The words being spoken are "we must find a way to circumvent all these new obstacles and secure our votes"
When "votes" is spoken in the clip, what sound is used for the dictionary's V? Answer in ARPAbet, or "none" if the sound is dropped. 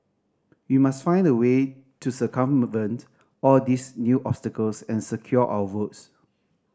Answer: W